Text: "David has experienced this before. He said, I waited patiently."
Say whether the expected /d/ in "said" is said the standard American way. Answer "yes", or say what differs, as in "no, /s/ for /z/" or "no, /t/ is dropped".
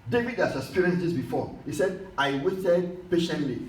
yes